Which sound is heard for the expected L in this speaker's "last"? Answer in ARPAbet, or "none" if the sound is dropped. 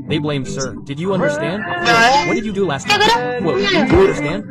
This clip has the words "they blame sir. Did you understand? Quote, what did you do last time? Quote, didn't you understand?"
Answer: L